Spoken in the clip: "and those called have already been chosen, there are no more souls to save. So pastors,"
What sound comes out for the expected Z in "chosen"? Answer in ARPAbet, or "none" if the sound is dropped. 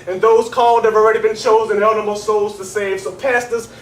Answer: Z